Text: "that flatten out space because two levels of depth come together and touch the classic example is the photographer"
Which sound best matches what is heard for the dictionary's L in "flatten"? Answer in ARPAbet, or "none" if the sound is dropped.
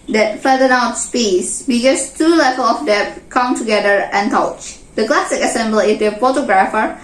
none